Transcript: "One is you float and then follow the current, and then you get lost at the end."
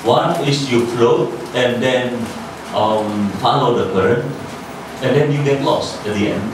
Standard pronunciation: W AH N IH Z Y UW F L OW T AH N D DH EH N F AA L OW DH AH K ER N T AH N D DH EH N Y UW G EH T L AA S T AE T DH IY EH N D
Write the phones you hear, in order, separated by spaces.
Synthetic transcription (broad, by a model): W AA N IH S Y UW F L OW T AH N D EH N F AA L OW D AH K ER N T AH N D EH N Y UW G EH T L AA S EH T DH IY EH N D